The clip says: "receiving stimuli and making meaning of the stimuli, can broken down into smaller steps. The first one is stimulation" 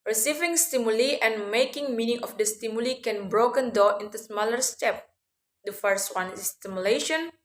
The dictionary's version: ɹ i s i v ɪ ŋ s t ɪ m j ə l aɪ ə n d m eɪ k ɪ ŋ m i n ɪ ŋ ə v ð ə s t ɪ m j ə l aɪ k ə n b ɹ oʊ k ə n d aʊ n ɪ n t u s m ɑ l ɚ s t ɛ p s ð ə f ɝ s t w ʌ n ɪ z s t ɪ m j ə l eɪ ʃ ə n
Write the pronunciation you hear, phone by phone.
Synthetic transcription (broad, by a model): ɹ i s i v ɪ ŋ s t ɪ m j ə l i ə n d m eɪ k ɪ ŋ m i n ɪ ŋ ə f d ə s t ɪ m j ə l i k ə n b ɹ oʊ k ə n d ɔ ɪ n t u s m ɑ l ɚ s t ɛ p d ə f ɝ s t w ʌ n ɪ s t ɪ m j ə l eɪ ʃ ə n